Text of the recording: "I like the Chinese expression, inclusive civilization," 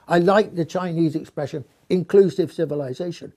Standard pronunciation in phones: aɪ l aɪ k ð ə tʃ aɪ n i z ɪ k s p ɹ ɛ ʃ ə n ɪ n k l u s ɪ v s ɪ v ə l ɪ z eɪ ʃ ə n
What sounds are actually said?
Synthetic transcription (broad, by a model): aɪ l aɪ k ð ə tʃ aɪ n i z ɪ k s p ɹ ɛ ʃ ə n ɪ n k l u s ɪ v s ɪ v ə l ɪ z eɪ ʃ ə n